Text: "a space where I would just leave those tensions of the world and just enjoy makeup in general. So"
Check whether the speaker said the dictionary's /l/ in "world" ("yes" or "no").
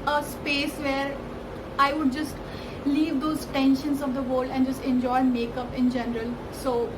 no